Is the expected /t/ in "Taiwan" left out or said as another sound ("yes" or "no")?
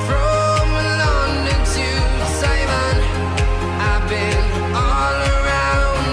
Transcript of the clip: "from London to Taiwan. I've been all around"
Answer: yes